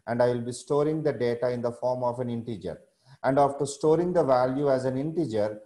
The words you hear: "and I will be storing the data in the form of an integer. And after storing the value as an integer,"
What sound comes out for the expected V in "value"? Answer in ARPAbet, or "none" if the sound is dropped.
V